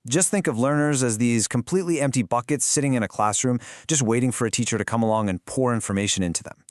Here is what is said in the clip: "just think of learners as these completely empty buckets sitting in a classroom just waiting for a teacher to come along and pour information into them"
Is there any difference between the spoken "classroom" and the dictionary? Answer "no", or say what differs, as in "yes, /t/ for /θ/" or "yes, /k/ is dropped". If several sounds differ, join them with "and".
no